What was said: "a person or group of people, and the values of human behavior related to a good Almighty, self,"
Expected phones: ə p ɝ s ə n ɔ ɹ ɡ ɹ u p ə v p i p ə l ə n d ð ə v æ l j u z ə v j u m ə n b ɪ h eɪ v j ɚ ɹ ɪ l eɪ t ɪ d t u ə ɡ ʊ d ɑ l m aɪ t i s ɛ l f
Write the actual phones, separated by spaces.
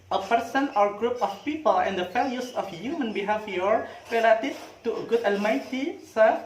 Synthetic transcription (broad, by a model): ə p ɝ s ə n ɔ ɹ ɡ ɹ u p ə f p i p ə l ə n d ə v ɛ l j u s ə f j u m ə n b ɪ h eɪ f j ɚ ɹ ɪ l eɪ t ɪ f t u ə ɡ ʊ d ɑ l m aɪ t i s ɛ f